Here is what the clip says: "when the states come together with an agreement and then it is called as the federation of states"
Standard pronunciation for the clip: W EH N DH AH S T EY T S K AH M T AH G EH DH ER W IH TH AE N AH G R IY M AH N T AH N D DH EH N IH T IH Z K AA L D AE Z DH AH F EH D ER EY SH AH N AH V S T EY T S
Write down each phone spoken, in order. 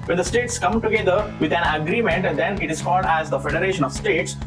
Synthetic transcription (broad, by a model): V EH N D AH S T EY T S K AH M T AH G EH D ER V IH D AE N AH G R IY M AH N T AH N D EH N IH T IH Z K AA L D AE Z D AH F EH D ER EY SH AH N AH V S T EY T S